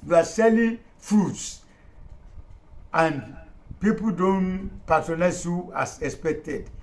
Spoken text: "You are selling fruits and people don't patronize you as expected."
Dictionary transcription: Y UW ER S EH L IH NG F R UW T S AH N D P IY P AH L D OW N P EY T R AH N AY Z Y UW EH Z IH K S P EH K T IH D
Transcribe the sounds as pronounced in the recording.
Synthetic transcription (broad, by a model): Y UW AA S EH L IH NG F UW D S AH N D P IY P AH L D OW N P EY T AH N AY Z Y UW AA S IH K S P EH K T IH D